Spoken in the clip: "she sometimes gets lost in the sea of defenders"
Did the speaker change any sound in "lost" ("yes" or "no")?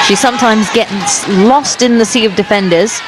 no